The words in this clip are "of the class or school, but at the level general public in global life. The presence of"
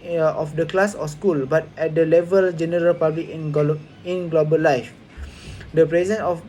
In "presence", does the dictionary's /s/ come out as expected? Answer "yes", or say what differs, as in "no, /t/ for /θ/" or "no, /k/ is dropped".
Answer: no, /s/ is dropped